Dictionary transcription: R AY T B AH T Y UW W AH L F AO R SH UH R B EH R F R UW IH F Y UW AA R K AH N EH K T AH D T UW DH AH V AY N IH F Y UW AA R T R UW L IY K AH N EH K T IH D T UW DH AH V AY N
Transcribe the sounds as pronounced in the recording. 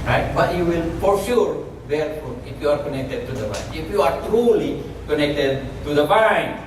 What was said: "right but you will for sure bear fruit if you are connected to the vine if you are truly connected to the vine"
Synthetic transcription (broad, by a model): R AY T B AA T Y UW W AH L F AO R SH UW R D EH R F UW IH F Y UW AA R K AH N EH K T AH D T UW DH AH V AY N IH F Y UW AA R T R UW L IY K AH N EH K T IH D T UW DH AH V AY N